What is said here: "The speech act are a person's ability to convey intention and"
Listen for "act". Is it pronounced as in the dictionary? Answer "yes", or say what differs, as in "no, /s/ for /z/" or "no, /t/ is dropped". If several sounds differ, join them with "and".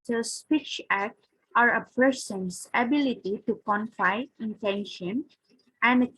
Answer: yes